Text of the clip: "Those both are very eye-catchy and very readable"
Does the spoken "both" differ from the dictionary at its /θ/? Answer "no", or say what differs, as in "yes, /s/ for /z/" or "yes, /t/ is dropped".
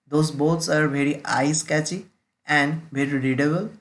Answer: yes, /s/ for /θ/